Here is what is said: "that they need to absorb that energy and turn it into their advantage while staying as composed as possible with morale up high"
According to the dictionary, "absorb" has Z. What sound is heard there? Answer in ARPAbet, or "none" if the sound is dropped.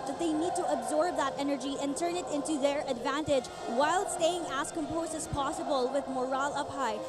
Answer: Z